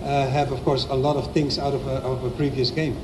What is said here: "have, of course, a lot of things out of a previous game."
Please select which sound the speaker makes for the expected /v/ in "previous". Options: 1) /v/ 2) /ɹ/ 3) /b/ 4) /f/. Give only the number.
1